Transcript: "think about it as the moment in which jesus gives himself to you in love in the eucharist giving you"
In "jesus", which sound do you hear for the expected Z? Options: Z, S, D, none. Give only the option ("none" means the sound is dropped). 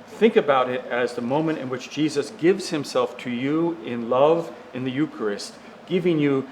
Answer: Z